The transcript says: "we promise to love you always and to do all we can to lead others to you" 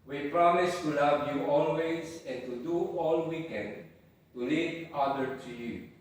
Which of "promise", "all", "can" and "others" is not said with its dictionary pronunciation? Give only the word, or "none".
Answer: others